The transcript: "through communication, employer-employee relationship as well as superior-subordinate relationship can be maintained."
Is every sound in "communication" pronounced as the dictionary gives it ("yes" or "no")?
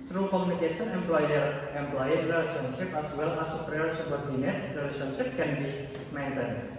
no